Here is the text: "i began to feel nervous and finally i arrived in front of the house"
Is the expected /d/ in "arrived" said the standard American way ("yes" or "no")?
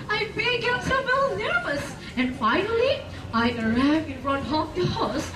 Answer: no